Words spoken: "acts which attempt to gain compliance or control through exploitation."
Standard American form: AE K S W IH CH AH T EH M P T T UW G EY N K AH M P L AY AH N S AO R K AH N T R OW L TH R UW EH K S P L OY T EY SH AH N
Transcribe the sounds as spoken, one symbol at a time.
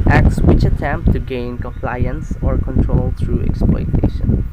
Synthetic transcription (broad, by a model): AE K S W IH CH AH T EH M P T T UW G EY N K AH M P L AY AH N S AO R K AH N T R OW L T R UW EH K S P L OY T EY SH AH N